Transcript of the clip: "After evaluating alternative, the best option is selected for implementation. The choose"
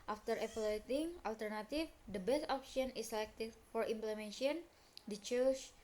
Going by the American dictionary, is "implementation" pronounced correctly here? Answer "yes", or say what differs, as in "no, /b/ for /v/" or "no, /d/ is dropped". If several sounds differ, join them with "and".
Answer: no, /ʃ/ is dropped